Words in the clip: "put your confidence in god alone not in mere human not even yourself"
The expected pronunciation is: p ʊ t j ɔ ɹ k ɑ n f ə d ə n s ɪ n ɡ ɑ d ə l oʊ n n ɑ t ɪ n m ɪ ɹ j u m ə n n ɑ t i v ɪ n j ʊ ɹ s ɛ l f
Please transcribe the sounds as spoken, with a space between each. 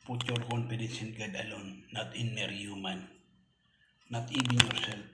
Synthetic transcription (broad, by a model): p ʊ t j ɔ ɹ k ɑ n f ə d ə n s ɪ n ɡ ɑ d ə l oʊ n n ɑ t ɪ n m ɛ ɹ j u m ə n n ɑ t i b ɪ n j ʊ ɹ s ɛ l